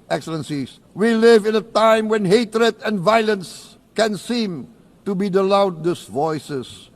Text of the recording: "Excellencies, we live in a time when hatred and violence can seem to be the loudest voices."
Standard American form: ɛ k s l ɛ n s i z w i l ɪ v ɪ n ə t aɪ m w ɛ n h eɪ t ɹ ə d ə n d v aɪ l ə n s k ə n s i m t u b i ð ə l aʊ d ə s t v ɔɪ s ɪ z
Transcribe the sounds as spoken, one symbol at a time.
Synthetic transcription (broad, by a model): ɛ k s l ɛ n s i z w i l ɪ v ɪ n ə t aɪ m w ɛ n h eɪ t ɹ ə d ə n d v aɪ l ə n s k ə n s i m t u b i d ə l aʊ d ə s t v ɔɪ s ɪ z